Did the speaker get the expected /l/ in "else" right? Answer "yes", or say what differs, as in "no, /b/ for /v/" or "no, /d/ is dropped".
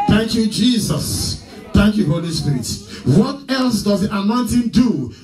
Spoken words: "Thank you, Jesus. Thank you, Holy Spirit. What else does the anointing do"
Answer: yes